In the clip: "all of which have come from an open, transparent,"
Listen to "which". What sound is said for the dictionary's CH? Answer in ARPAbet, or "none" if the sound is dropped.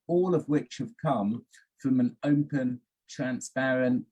CH